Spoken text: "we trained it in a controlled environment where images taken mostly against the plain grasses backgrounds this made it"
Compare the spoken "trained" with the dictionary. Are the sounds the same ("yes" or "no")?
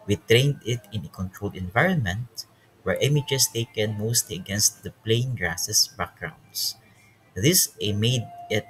yes